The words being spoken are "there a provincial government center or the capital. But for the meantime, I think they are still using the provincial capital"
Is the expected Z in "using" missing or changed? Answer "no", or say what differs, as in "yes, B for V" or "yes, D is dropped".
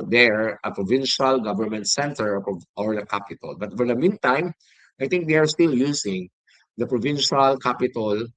yes, S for Z